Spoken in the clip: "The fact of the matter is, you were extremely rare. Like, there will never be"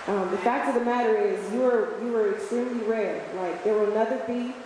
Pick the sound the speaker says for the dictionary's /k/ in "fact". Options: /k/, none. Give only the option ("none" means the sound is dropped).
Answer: /k/